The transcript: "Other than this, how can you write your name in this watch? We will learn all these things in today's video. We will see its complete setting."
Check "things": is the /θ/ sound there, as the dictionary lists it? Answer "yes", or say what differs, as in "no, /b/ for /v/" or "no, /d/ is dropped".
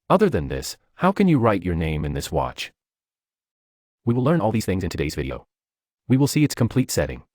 yes